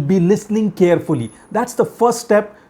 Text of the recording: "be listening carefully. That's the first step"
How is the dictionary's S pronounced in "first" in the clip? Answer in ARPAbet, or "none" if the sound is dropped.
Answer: S